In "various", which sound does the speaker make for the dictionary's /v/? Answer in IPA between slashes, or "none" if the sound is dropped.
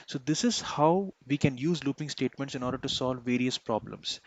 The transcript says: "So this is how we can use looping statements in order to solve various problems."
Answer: /v/